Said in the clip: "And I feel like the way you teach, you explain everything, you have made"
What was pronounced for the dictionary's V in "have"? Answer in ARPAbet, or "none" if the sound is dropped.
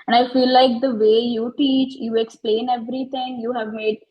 V